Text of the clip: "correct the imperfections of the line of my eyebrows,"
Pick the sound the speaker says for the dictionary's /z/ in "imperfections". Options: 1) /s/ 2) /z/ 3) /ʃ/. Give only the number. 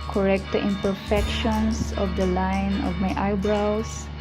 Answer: 1